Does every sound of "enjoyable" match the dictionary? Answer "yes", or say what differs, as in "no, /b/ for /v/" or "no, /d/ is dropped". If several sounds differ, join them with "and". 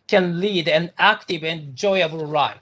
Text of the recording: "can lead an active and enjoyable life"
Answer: no, /b/ is dropped